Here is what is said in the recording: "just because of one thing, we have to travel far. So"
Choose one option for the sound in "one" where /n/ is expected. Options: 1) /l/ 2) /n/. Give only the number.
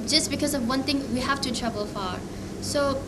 2